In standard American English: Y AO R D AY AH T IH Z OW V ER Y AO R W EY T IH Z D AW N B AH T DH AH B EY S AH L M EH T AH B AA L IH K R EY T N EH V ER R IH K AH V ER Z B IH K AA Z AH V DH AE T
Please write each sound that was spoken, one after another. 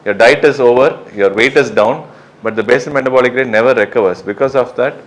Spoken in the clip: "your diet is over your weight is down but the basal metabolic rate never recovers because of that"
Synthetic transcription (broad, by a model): Y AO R D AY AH T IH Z OW V ER Y AO R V EY T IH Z D AW N B AH T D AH B EY S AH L M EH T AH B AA L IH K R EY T N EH V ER R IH K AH V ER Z B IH K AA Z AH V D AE T